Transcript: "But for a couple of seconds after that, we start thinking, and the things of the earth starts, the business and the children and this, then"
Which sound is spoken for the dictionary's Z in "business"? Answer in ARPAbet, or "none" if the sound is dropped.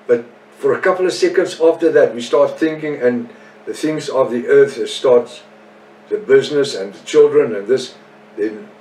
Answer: Z